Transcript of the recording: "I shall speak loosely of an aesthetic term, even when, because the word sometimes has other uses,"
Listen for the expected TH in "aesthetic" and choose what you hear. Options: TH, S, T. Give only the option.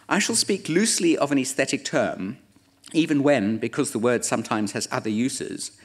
TH